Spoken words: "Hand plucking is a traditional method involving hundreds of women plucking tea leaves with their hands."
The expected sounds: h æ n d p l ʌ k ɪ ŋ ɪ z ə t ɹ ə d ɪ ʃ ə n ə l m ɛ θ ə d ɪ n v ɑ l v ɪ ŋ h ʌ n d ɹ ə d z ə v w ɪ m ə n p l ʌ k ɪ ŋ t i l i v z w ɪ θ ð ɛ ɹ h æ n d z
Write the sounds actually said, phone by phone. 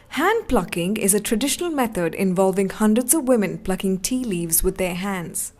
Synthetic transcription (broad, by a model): h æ n d p l ʌ k ɪ ŋ ɪ z ə t ɹ ə d ɪ ʃ ə n ə l m ɛ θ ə d ɪ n v ɑ l v ɪ ŋ h ʌ n d ɹ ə d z ə v w ɪ m ə n p l ʌ k ɪ ŋ t i l i v z w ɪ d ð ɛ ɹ h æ n d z